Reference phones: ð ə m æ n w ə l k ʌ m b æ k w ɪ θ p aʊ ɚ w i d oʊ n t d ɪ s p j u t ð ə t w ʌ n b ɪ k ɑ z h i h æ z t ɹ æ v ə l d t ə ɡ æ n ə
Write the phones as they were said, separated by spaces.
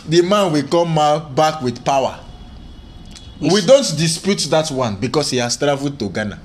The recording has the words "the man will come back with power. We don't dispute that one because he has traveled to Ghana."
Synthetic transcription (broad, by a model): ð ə m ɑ n w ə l k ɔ m b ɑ k w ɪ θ p aʊ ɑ w i d oʊ n t d ɪ s p j u t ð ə t w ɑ n b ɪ k ɑ s h i h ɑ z t ɹ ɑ v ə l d t ə ɡ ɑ n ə